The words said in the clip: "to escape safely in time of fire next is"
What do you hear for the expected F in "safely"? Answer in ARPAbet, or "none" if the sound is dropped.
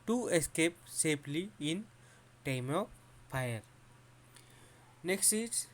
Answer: P